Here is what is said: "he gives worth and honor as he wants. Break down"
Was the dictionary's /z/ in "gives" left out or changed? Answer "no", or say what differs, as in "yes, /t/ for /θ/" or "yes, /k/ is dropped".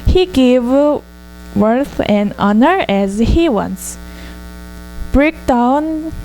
yes, /z/ is dropped